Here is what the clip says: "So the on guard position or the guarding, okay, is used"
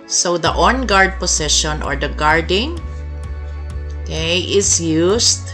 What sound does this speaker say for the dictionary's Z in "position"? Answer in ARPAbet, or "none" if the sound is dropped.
S